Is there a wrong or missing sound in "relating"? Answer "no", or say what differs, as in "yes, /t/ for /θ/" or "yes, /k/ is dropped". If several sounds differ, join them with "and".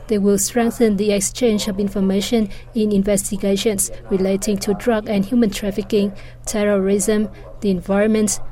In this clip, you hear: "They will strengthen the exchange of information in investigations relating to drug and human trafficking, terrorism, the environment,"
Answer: no